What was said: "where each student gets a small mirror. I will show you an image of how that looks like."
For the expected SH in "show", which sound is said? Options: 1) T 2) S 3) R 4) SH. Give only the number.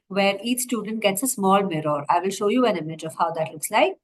4